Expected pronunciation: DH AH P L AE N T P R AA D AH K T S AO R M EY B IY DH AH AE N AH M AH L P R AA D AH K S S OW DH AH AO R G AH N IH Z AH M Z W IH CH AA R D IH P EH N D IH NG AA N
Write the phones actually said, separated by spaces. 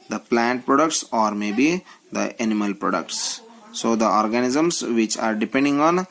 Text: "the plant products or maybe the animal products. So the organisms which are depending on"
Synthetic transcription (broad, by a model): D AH P L AE N T P R AA D AH K T S AO R M EY B IY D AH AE N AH M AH L P R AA D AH K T S OW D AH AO R G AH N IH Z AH M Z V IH CH AA R D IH P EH N D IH NG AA N